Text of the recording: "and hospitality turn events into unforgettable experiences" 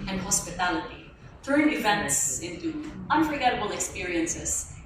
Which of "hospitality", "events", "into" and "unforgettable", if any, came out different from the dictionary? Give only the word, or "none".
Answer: none